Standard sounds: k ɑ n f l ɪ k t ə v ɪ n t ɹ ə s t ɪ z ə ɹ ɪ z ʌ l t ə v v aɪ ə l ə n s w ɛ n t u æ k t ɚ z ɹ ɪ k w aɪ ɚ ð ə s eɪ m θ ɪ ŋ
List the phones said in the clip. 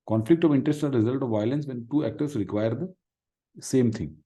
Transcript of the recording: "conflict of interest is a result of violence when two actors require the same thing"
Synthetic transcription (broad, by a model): k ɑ n f l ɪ k t ə v ɪ n t ɹ ə s t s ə ɹ ɪ z ʌ l t ə v v aɪ ə l ə n s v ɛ n t u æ k t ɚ s ɹ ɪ k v aɪ ɚ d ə s eɪ m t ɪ ŋ